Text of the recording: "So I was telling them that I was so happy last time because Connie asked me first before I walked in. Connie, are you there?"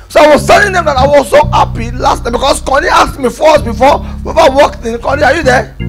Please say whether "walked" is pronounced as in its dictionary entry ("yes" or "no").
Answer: yes